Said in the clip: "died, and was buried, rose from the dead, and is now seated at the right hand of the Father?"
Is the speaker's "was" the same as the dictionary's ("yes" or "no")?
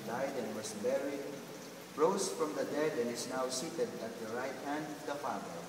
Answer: no